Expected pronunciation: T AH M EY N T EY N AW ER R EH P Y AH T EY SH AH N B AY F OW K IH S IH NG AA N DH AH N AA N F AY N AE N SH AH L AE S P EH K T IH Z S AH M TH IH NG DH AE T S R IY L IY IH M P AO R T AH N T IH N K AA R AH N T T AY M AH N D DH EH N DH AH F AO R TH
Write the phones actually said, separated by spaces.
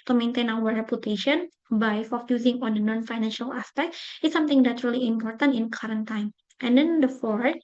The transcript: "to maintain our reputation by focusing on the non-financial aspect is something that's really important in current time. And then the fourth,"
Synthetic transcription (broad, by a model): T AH M EY N T EY N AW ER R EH P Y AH T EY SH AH N B AY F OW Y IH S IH NG AA N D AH N AA N F AY N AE N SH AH L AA S P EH K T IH S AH M T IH NG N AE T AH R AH L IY IH M P AO R T AH N T IH N K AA R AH N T T AY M AH N D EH N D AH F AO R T